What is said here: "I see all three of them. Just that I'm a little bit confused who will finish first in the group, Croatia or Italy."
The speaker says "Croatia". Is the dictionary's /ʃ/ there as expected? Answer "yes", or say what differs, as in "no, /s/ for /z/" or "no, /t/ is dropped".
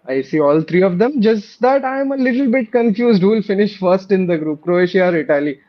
yes